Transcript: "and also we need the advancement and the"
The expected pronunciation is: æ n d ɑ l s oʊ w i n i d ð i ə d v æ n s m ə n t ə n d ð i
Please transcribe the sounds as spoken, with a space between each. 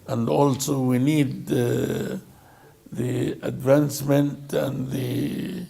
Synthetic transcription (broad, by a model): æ n d ɑ l s oʊ w i n i d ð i ə d v æ n s m ə n t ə n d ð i